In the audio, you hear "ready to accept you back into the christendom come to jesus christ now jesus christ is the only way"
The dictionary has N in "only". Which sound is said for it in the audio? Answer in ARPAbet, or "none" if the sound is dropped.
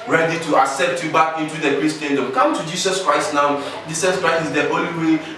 none